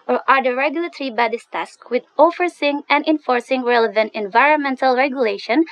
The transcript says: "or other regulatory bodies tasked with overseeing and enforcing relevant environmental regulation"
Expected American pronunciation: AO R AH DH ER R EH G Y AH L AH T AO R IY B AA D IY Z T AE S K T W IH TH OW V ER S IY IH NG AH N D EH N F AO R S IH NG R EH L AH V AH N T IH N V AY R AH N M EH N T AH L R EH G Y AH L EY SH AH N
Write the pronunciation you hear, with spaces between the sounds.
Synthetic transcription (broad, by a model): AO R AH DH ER R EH G Y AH L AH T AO R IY B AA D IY S T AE S K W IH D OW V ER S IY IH NG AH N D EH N F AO R S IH NG R EH L AH V AH N T IH N V AY R AH N M EH N T AH L R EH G Y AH L EY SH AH N